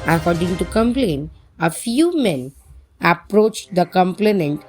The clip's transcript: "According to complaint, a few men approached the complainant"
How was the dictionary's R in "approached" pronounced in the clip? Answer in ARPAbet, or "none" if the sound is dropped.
R